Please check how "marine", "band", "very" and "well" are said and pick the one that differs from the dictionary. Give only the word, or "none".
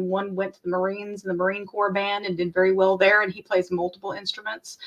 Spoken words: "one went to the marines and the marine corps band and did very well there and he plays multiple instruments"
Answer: none